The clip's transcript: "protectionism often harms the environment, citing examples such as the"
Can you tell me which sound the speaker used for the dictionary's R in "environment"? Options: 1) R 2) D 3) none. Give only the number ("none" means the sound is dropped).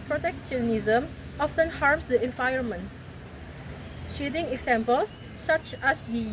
3